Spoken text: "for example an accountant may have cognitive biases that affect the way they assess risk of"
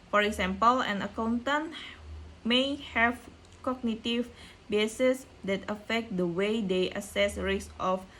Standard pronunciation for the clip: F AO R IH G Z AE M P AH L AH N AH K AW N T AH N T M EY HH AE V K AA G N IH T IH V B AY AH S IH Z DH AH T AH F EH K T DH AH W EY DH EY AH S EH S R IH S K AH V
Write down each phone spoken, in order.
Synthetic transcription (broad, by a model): F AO R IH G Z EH M P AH L AH N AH K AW N T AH N M EY HH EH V K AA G N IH T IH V B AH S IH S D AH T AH F EH K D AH W EY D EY AH S EH S R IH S AH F